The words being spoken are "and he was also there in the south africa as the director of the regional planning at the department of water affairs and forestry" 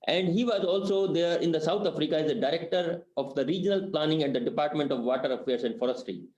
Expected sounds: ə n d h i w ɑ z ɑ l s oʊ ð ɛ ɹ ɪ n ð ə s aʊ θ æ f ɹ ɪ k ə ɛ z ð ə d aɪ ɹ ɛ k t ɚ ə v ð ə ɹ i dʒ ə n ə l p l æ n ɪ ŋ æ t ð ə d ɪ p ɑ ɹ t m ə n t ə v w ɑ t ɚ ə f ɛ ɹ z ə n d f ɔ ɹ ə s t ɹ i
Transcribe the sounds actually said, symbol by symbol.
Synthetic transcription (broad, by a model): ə n d h i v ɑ z ɑ l s oʊ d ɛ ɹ ɪ n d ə s aʊ t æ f ɹ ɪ k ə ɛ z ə d aɪ ɹ ɛ k t ɚ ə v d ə ɹ i dʒ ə n ə l p l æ n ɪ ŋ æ t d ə d ɪ p ɑ ɹ t m ə n t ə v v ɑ t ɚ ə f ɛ ɹ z ə n d f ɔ ɹ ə s t ɹ i